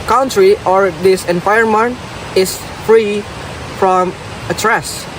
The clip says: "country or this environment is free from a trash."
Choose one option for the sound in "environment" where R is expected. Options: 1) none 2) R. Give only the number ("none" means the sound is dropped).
1